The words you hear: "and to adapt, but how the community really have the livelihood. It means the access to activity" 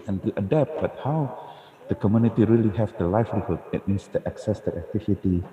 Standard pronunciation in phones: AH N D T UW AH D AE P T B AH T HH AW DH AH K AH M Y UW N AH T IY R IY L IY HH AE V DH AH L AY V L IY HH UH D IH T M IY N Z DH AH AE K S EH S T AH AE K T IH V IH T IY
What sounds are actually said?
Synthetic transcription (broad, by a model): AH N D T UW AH D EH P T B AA T HH AW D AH K AH M Y UW N AH T IY R IY L IY HH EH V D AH L AY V L IY HH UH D IH T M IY N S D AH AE K S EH S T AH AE K T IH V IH T IY